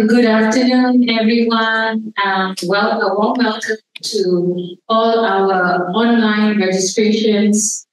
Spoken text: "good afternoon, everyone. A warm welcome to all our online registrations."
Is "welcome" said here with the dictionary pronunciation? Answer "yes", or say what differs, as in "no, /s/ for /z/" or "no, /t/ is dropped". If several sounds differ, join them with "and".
yes